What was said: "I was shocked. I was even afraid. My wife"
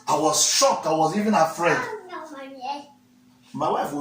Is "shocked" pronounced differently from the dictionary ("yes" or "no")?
yes